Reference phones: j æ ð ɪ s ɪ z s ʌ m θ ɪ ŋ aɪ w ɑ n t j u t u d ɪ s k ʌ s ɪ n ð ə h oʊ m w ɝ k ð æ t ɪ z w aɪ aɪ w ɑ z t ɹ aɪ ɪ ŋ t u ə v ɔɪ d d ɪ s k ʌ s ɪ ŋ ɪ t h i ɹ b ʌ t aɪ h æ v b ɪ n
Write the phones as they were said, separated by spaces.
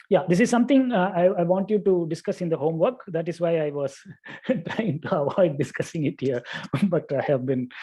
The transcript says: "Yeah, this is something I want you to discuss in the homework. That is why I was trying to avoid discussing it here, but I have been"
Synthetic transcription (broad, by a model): j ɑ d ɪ s ɪ z s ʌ m t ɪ ŋ aɪ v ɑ n t j u t u d ɪ s k ʌ s ɪ n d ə h oʊ m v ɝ k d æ t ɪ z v aɪ aɪ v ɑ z t ɹ aɪ ɪ ŋ t u ə v ɔɪ d d ɪ s k ʌ s ɪ ŋ ɪ t h i ɹ b ʌ t aɪ h æ v b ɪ n